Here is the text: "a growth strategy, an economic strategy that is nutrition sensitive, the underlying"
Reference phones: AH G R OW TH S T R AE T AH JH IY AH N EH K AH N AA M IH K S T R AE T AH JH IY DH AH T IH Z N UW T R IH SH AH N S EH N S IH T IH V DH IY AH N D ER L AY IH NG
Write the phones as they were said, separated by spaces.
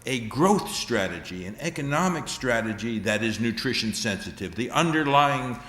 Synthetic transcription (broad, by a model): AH G R OW TH S T R AE T AH JH IY AH N EH K AH N AA M IH K S T R AE T AH JH IY DH AH T IH Z N UW T R IH SH AH N S EH N S IH T IH V DH IY AH N D ER L AY IH NG